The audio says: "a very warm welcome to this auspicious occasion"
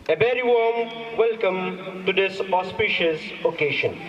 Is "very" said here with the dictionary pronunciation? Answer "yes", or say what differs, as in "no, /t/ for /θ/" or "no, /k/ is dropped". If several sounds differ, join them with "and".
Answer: no, /b/ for /v/